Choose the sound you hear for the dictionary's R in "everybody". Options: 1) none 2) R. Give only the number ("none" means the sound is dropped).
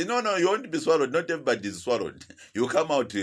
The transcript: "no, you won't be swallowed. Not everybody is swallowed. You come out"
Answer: 1